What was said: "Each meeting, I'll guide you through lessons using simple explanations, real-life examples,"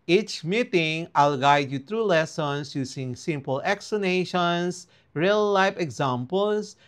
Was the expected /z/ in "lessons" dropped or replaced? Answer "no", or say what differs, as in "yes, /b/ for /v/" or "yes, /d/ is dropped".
yes, /s/ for /z/